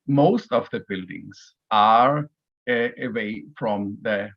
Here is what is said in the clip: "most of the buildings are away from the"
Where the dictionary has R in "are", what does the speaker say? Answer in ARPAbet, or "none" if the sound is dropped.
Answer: R